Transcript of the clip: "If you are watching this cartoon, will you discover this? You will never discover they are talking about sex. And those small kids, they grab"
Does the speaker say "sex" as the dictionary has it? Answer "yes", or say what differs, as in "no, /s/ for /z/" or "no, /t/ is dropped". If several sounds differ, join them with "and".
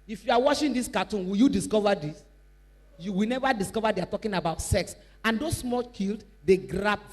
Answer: yes